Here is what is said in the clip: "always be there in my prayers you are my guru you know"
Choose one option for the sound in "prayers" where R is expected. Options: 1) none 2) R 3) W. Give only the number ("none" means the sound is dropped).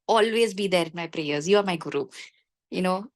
2